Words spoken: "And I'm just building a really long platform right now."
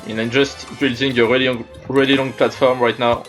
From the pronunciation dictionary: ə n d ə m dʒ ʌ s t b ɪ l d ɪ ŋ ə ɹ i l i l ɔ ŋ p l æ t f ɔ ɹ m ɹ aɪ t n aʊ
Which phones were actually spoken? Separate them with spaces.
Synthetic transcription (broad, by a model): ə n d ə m dʒ ʌ s t b ɪ l d ɪ ŋ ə ɹ i l i l ɔ ŋ p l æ t f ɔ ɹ m ɹ aɪ t n aʊ